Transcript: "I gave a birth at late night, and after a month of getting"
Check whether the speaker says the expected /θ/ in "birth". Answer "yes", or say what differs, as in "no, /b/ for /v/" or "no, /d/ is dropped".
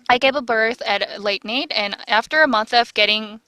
yes